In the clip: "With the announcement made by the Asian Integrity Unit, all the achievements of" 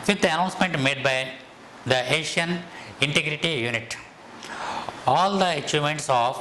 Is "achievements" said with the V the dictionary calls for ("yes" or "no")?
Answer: no